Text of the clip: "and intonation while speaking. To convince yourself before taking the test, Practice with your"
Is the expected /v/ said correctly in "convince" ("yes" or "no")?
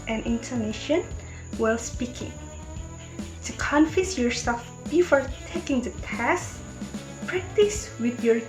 no